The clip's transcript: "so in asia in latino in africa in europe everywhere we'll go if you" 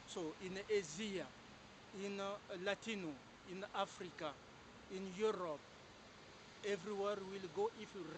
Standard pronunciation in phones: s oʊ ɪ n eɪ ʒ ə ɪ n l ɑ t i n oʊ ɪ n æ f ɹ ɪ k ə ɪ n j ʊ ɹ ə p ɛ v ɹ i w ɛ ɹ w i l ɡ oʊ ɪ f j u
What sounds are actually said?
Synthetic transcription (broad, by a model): s oʊ ɪ n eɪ z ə ɪ n l ɑ t i n oʊ ɪ n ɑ f ɹ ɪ k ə ɪ n j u ɹ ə p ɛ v ɹ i w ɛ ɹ w i l ɡ oʊ ɪ f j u